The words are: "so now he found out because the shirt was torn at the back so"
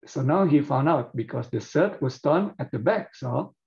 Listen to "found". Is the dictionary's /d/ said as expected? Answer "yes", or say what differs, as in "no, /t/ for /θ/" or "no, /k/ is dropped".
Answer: yes